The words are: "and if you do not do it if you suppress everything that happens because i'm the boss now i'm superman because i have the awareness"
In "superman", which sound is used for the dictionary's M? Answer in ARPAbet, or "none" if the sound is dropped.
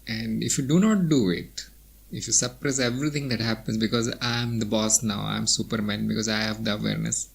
M